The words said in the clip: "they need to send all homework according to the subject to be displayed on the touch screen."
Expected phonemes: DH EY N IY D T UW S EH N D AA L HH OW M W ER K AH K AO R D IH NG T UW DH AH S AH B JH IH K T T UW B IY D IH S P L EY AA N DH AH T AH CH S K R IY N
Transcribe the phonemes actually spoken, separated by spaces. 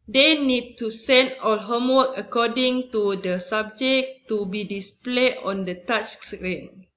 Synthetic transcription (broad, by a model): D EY N IY D T UW S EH N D AA L HH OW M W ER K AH K AO D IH NG T UW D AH S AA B JH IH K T T UW B IY D IH S P L EY AA N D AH T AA CH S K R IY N